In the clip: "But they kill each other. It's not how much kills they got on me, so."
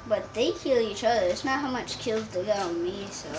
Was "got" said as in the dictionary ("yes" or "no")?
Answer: no